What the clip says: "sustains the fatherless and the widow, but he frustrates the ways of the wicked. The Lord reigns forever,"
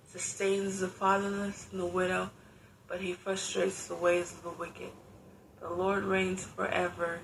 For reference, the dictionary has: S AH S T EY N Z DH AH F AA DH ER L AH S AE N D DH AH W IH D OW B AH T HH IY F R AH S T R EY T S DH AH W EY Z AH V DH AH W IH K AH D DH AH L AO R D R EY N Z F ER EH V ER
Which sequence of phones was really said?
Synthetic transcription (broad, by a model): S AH S T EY N Z DH AH F AA DH ER N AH S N DH AH W IH D OW B AH T HH IY F R AH S T R EY T S DH AH W EY Z AH V DH AH W IH K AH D DH AH L AO R D R EY N Z F ER EH V ER